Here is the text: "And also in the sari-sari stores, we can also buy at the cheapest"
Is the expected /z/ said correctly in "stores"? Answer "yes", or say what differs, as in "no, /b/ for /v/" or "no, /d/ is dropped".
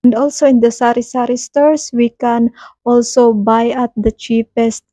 no, /s/ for /z/